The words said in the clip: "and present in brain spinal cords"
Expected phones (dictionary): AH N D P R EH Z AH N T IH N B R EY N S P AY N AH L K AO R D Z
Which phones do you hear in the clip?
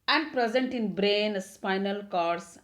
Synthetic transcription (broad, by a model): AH N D P R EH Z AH N T IH N B R EY N S P AY N AH L K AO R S